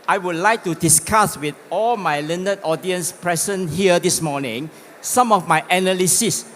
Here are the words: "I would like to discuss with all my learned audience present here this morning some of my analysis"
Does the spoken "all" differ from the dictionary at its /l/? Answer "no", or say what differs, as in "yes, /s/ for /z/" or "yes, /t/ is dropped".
no